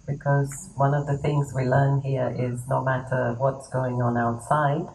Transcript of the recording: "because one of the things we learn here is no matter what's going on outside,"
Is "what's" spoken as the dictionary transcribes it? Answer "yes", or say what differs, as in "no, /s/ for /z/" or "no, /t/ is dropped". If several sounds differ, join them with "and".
yes